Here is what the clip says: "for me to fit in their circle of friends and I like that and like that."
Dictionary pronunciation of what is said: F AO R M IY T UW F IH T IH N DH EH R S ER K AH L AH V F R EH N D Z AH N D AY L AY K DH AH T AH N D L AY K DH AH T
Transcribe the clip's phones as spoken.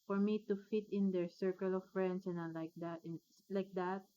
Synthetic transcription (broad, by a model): F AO R M IY T UW F IH T IH N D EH R S ER K AH L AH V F R EH N D S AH N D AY L AY K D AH T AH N L AY K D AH T